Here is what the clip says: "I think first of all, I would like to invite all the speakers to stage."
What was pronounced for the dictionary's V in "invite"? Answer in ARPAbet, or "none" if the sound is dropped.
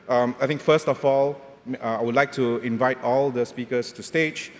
V